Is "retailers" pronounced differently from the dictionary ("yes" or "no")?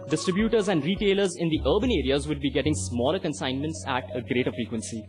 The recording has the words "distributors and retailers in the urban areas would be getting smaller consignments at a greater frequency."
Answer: no